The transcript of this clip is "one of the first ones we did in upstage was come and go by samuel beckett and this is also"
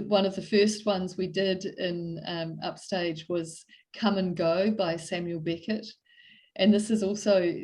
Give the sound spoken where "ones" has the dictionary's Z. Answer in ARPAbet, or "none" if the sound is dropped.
Z